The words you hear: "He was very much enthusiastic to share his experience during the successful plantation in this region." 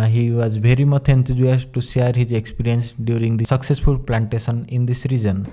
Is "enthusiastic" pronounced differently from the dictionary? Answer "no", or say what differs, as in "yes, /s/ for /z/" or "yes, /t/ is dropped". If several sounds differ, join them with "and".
yes, /t/ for /θ/